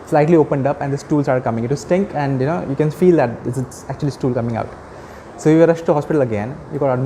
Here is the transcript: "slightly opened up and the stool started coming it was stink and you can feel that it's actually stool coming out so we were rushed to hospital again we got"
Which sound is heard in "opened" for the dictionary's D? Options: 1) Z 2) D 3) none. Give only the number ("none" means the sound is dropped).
2